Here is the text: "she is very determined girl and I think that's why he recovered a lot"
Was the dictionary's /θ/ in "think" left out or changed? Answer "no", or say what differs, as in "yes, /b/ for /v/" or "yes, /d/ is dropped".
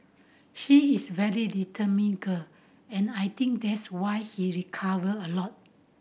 yes, /t/ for /θ/